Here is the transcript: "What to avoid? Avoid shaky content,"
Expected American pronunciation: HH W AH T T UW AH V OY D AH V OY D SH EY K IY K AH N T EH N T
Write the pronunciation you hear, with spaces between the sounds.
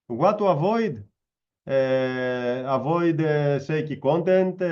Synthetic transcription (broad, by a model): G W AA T T UW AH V OY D AH V OY D S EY K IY K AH N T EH N T